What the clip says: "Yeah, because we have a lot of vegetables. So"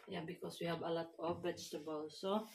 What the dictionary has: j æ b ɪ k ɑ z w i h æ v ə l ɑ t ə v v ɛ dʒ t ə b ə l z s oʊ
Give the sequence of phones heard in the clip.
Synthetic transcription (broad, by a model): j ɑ b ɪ k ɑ s w i h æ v ə l ɑ t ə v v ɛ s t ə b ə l s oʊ